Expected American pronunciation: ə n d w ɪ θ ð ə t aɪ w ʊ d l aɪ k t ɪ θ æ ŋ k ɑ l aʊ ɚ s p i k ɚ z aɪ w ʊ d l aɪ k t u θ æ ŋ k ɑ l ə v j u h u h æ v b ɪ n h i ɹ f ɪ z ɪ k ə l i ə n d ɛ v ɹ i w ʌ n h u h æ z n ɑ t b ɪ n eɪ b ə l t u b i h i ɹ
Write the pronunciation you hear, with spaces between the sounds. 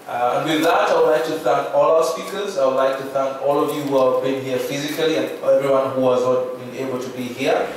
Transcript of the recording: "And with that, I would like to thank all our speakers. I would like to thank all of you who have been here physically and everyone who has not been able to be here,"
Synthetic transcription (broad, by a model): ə n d w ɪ ð ə t aɪ w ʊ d l aɪ k t ɪ θ æ ŋ k ɑ l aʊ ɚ s p i k ɚ z aɪ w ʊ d l aɪ k t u θ æ ŋ k ɑ l ə v j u h u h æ v b ɪ n h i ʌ f ɪ z ɪ k ə l i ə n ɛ v ɹ i w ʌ n h u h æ z n ɑ t b ɪ n eɪ b ə l t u b i h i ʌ